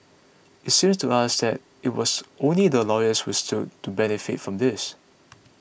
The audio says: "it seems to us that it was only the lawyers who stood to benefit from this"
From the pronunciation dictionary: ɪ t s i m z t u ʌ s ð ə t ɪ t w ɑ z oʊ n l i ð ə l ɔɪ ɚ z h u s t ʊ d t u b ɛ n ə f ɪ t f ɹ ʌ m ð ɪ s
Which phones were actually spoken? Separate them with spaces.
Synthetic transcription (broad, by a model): ɪ t s i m s t u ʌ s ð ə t ɪ t w ɑ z oʊ n l i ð ə l ɔɪ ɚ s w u s t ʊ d t u b ɛ n ə f ɪ t f ɹ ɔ m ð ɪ s